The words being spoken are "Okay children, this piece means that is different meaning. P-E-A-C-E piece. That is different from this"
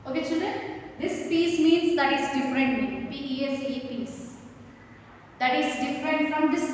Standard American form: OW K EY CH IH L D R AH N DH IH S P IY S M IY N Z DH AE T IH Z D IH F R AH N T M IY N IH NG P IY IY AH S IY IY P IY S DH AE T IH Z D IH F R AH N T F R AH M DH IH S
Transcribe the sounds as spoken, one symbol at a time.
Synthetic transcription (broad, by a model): OW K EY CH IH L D AH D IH S P IY S M IY N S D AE T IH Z D IH F R AH N T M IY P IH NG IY IY AH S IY IY P IY S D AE T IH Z D IH F R AH N T F R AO M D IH S